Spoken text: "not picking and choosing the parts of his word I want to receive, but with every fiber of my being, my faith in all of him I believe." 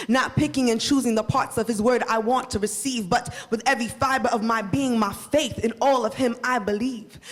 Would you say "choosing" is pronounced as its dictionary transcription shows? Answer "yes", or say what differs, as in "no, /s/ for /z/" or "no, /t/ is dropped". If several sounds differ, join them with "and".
yes